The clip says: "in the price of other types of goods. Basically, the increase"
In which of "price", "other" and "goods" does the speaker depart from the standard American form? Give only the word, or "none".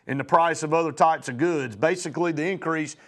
none